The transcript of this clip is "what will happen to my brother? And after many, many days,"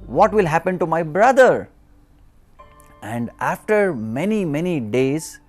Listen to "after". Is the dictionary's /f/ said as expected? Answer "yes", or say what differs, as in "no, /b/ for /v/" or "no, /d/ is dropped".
yes